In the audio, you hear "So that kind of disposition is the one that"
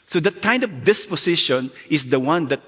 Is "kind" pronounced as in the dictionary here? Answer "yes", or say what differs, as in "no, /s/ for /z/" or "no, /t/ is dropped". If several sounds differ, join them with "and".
yes